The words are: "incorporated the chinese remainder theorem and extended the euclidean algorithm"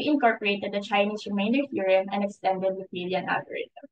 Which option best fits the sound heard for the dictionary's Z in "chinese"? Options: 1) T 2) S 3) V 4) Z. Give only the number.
2